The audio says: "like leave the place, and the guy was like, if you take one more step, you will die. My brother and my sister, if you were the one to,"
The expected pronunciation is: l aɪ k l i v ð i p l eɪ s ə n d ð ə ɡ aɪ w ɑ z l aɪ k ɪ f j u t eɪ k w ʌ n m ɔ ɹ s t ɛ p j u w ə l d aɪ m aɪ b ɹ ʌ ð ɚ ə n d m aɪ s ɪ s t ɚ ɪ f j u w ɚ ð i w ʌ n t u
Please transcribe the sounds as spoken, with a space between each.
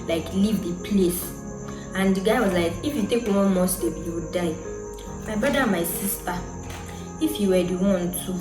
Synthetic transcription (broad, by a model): l aɪ k l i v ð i p l eɪ s ə n d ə ɡ aɪ w ɑ z l aɪ k ɪ f j u t eɪ k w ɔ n m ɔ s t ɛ b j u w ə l d aɪ m aɪ b ɹ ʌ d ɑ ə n m aɪ s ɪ s t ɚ ɪ f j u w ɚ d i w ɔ n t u